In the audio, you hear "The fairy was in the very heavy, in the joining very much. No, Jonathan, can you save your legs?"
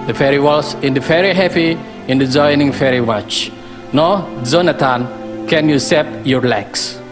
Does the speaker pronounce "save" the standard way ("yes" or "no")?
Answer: no